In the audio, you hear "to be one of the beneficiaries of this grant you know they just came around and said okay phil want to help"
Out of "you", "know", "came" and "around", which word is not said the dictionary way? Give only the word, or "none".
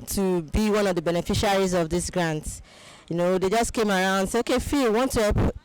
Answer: around